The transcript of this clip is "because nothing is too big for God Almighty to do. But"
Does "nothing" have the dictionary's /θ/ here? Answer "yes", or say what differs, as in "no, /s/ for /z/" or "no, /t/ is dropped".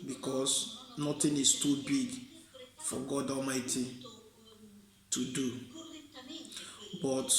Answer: no, /t/ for /θ/